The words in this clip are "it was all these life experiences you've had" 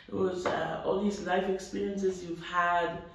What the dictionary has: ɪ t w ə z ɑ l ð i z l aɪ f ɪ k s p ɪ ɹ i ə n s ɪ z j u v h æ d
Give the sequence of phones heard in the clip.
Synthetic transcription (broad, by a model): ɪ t w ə z ɑ l ð i z l aɪ f ɪ k s p ɪ ɹ i ə n s ɪ z j u v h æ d